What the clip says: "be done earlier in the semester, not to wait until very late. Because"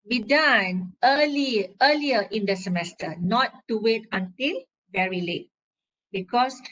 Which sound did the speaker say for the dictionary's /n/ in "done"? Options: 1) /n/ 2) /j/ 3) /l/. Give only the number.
3